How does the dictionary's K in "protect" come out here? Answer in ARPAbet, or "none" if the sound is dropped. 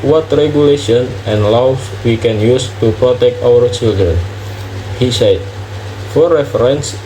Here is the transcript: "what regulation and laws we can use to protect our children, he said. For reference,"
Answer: K